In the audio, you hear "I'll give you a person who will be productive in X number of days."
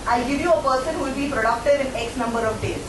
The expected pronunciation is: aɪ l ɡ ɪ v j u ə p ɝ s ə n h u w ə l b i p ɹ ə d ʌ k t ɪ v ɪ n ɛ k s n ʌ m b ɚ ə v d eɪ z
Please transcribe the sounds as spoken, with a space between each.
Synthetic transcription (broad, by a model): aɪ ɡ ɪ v j u ə p ɝ s ə n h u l b i p ɹ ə d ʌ k t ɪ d ɪ n ɛ k s n ʌ m b ɚ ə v d eɪ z